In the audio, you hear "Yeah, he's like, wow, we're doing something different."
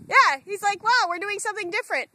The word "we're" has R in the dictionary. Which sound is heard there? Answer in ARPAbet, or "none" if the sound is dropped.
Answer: R